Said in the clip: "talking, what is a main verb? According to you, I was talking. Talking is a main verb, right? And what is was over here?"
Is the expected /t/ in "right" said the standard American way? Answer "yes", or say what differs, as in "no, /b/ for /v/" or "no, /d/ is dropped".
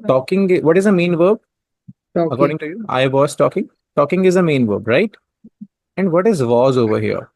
yes